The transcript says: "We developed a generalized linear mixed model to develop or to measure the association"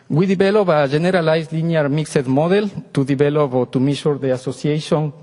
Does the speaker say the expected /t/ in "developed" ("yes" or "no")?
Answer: no